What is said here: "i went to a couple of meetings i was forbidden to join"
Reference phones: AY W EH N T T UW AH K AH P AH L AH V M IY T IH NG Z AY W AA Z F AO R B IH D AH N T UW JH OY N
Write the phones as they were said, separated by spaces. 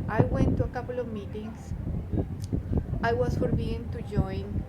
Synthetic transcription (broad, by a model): AY W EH N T T UW AH K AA P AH L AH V M IY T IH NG S AY W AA S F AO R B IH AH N T UW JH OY N